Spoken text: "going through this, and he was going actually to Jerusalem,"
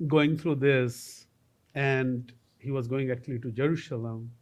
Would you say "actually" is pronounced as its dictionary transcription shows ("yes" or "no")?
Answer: yes